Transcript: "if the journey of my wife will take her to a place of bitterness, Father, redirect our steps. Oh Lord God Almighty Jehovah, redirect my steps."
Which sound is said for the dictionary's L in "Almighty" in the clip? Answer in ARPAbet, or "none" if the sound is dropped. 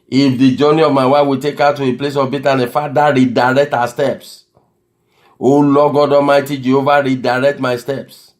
none